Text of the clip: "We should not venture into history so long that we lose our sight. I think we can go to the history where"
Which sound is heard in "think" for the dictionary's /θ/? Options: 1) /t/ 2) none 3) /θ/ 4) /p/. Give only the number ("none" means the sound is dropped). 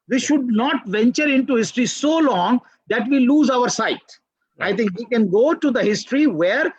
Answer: 1